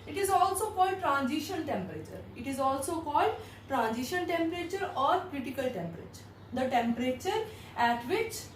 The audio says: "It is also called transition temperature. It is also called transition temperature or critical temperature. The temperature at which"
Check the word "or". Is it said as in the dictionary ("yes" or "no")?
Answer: yes